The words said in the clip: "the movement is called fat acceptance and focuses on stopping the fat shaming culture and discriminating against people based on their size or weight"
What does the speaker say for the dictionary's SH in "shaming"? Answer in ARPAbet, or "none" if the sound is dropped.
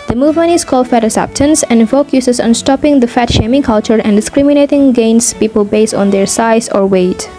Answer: SH